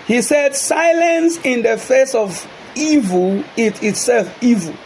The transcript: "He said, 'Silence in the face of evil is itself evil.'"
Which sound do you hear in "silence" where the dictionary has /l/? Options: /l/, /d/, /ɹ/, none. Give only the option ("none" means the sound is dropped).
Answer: /l/